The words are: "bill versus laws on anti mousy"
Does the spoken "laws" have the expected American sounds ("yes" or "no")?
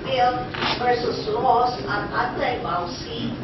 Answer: no